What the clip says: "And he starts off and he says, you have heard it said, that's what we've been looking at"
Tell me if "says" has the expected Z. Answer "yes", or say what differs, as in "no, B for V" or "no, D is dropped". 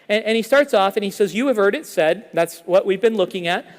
yes